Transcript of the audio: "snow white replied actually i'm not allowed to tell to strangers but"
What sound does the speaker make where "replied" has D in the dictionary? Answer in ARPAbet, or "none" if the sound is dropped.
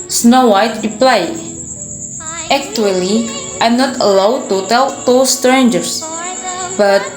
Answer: none